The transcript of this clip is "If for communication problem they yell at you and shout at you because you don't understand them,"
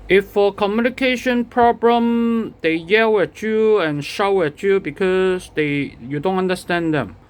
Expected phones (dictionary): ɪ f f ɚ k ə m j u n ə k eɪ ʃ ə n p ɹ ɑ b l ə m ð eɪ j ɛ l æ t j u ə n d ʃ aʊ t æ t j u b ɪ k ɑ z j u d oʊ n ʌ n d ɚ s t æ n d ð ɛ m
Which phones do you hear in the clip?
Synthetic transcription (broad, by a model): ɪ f f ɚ k ə m j u n ə k eɪ ʃ ə n p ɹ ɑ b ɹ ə m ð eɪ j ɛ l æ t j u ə n ʃ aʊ æ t j u b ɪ k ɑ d j u d oʊ n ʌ n d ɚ s t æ n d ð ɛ m